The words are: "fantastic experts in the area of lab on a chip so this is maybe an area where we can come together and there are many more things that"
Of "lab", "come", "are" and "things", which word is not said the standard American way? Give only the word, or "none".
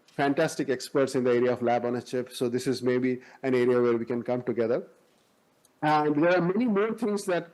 things